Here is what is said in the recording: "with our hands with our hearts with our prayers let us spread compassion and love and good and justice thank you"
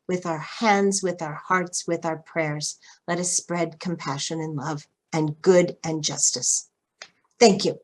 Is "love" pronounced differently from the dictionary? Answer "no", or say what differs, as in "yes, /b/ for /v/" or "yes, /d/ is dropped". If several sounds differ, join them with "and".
no